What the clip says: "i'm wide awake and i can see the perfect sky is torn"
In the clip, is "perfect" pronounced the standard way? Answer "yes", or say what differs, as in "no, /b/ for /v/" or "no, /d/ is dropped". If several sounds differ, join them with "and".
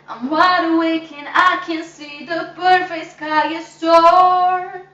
no, /b/ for /p/